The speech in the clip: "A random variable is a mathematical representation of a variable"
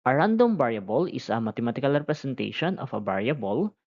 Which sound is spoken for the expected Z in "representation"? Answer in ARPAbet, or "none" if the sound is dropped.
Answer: S